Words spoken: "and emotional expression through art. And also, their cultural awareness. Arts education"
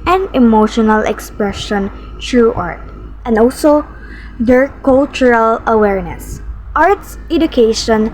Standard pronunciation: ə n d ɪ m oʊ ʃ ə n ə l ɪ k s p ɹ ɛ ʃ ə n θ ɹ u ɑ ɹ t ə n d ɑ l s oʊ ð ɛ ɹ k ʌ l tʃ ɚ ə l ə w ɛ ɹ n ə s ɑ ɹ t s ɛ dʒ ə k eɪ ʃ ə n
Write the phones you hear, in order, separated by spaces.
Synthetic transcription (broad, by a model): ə n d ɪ m oʊ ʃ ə n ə l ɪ k s p ɹ ɛ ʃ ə n t ɹ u ɑ ɹ t ə n d ɑ l s oʊ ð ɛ ɹ k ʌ l tʃ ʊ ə l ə w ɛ ɹ n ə s ɑ ɹ t s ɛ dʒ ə k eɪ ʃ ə n